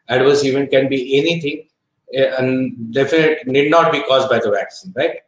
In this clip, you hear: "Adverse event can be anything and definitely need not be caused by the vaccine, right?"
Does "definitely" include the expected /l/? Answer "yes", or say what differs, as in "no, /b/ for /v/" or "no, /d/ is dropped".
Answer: no, /n/ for /l/